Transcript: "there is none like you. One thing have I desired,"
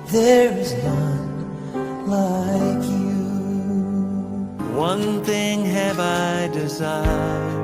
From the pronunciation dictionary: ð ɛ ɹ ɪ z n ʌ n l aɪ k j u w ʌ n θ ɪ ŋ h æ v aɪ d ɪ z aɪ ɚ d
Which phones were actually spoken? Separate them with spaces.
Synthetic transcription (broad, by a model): ð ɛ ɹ ɪ z n ʌ n l aɪ k j u w ʌ n θ ɪ ŋ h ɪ v aɪ d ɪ z aɪ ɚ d